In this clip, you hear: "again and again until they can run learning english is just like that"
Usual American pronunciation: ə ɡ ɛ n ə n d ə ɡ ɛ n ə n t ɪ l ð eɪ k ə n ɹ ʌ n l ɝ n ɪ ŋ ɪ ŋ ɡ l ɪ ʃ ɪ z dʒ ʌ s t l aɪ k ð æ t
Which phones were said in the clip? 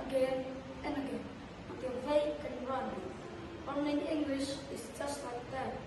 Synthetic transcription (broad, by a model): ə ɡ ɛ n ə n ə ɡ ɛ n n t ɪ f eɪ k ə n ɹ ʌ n w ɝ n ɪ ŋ ɪ ŋ ɡ l ɪ ʃ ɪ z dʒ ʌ s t l aɪ k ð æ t